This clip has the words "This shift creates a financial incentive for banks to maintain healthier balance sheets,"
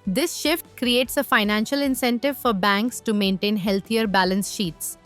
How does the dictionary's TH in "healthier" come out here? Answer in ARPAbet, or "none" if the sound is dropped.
T